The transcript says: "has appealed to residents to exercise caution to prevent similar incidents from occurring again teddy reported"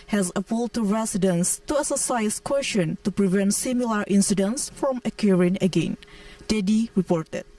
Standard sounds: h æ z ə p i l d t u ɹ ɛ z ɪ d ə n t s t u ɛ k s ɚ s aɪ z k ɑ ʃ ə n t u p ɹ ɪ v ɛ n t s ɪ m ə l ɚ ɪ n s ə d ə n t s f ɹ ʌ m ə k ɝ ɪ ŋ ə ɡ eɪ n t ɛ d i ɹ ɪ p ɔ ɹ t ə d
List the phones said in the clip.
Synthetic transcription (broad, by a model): h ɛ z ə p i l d t u ɹ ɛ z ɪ d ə n s t u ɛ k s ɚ s aɪ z k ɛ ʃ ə n t u p ɹ ɪ v ɛ n t s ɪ m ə l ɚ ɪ n s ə d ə n s f ɹ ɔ m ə k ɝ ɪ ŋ ə ɡ eɪ n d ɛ d i ɹ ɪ p ɔ ɹ t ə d